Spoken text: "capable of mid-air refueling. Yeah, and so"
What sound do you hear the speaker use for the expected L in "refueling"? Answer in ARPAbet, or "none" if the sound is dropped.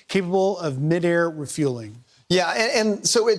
L